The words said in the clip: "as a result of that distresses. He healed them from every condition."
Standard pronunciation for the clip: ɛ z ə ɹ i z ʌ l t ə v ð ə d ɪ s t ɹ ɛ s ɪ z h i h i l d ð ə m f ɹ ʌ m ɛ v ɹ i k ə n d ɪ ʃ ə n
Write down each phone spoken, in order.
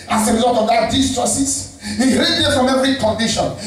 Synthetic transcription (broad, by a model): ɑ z ə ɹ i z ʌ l t ə v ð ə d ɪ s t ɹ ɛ s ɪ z h i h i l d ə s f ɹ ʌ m ɛ v ɹ i k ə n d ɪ ʃ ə n